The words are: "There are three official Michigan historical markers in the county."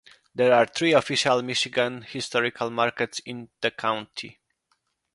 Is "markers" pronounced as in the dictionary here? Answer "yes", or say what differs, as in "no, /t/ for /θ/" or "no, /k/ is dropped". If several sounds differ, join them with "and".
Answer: no, /s/ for /z/